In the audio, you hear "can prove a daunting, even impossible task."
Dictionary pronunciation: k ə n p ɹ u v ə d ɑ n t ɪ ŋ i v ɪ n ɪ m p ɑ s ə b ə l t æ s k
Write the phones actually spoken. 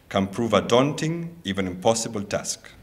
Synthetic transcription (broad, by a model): k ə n p ɹ u v ə d ɑ n t ɪ ŋ i v ɪ n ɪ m p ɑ s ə b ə l t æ s k